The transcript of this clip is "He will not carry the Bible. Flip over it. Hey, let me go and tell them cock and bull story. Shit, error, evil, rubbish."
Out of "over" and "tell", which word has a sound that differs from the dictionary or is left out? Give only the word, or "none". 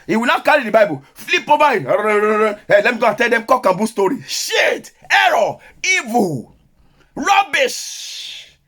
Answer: over